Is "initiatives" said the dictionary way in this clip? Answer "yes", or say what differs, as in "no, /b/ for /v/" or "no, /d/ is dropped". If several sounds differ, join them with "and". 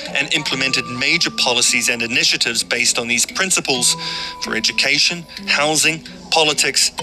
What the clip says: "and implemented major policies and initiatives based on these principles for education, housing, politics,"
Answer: yes